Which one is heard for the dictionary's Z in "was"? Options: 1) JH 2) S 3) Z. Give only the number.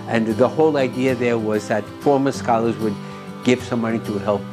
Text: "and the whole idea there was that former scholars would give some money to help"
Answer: 3